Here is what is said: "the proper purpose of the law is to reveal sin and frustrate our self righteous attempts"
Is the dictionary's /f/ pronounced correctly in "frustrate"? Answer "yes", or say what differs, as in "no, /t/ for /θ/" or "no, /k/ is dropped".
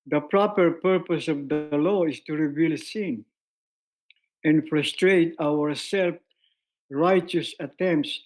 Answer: yes